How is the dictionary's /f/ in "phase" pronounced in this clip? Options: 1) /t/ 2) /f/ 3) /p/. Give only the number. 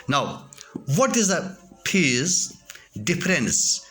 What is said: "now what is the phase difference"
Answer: 3